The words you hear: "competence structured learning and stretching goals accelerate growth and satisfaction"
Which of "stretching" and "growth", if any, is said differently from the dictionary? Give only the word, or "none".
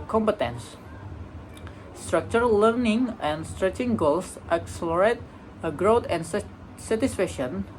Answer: growth